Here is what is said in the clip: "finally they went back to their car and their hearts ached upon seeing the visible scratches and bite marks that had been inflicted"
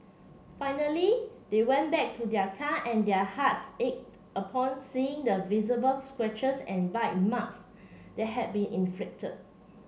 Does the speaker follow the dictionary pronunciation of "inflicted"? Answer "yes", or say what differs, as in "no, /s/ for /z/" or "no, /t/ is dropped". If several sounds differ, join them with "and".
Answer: yes